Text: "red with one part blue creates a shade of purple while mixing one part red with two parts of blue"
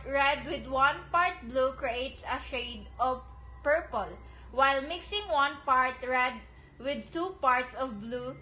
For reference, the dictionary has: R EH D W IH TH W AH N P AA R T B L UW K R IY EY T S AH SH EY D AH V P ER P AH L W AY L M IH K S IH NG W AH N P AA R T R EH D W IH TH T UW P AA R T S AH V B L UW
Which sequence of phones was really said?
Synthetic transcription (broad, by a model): R EH D W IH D W AH N P AA R T B L UW K R IY EY T S AH SH EY D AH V P ER P AH L W AY L M IH K S IH NG W AH N P AA R T R EH D W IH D T UW P AA R T S AH V B L UW